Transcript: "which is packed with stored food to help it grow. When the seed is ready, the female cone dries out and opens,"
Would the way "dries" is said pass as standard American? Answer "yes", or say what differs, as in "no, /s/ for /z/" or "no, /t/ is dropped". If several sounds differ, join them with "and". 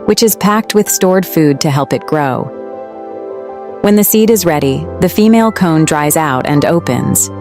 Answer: yes